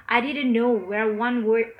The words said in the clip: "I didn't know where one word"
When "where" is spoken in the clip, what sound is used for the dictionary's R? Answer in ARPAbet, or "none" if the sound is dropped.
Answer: R